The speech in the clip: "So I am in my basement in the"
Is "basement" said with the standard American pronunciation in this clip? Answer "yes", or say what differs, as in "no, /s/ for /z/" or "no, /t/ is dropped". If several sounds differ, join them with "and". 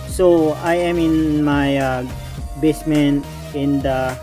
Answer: no, /t/ is dropped